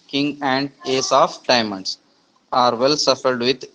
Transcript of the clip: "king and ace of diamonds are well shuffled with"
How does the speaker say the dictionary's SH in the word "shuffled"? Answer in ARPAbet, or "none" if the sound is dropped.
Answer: S